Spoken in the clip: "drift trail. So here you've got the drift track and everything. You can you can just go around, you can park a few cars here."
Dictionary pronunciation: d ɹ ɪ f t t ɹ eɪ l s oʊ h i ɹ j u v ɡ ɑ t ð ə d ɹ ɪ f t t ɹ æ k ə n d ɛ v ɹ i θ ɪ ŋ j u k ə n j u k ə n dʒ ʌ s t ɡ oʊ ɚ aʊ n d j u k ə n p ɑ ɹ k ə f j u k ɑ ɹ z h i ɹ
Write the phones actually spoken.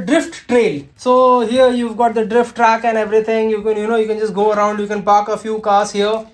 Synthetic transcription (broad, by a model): d ɹ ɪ f t t ɹ eɪ l s oʊ h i ɹ j u v ɡ ɑ t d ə d ɹ ɪ f t t ɹ æ k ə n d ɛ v ɹ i t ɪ ŋ j u k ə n j u k ə n dʒ ʌ s t ɡ oʊ ɚ aʊ n d j u k ə n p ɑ k ə f j u k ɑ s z h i ɹ